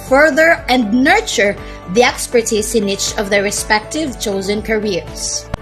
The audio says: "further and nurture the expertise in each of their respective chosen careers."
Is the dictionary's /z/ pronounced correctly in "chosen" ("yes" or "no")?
yes